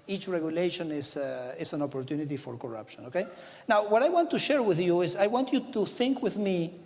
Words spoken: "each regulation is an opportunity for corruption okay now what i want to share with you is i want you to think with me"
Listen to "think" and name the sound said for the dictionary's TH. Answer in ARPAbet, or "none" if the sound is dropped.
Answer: TH